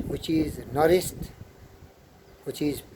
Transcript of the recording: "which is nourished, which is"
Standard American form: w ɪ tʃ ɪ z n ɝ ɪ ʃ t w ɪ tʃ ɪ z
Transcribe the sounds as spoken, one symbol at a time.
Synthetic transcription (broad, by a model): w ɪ tʃ ɪ z n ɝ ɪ s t w ɪ tʃ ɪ z